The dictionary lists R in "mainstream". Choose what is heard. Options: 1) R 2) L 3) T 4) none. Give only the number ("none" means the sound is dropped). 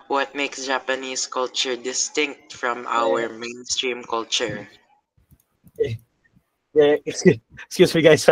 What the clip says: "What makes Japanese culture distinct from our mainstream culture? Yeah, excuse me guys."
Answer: 1